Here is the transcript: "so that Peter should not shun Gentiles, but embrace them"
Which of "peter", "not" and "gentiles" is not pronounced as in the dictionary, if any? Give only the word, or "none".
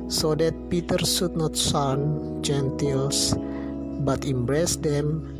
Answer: gentiles